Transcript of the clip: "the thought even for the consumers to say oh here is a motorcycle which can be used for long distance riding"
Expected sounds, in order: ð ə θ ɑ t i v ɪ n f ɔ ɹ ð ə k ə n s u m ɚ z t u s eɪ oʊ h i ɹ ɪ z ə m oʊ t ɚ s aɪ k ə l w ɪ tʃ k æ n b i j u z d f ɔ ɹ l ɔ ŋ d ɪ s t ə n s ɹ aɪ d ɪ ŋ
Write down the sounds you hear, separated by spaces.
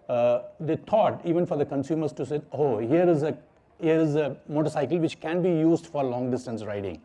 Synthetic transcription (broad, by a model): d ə t ɑ t i v ɪ n f ɔ ɹ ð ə k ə n s u m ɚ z t u s eɪ oʊ h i ɹ ɪ z ə m oʊ t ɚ s aɪ k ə l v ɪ tʃ k æ n b i j u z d f ɔ ɹ l ɔ ŋ d ɪ s t ə n s ɹ aɪ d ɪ ŋ